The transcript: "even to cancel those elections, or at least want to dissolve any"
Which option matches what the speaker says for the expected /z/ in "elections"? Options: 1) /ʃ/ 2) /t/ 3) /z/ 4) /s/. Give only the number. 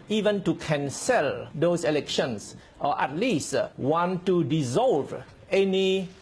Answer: 4